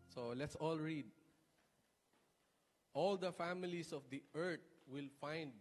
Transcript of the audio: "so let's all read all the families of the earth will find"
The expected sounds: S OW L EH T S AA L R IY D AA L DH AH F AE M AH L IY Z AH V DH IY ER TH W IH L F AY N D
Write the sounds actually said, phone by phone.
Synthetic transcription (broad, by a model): S OW L EH T S AA L R IY D AA L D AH F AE M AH L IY S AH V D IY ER T W IH L F AY N D